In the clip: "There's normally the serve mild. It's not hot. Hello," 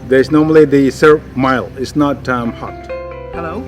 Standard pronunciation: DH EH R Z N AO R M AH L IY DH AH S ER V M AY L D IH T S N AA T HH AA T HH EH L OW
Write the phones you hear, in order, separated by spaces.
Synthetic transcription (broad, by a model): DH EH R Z N AO R M AH L IY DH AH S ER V M AY L IH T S N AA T HH AA T HH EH L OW